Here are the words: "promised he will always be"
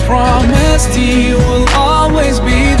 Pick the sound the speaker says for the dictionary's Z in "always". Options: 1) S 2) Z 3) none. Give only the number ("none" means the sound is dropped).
2